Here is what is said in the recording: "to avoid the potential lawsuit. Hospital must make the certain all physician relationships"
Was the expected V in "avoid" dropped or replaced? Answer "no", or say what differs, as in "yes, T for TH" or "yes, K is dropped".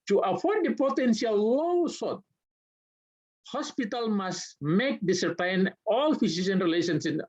yes, F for V